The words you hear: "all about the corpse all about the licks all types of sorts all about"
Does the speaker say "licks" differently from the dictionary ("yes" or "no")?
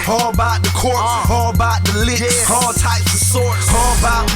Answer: yes